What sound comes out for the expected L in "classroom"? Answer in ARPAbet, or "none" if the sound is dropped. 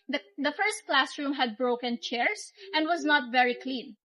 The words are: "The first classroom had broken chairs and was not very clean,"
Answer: L